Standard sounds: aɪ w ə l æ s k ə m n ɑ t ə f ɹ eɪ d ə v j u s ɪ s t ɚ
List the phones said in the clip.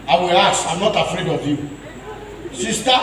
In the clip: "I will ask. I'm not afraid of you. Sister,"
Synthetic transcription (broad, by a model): aɪ w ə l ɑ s ə m n ɑ t ə f ɹ eɪ d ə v j u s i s t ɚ